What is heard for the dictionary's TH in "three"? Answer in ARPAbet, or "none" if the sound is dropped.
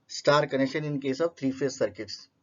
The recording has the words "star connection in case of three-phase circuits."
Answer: T